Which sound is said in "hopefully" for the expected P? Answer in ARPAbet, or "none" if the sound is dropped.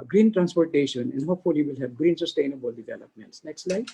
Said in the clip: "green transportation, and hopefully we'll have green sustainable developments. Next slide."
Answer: none